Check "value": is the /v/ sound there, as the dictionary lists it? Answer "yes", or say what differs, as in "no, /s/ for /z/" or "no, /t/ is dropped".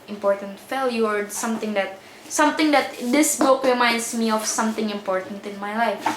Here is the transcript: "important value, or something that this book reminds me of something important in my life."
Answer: no, /f/ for /v/